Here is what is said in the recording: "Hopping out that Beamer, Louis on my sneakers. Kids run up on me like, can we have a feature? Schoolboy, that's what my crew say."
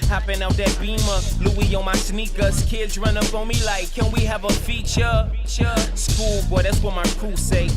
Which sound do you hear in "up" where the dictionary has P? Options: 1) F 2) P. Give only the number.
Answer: 1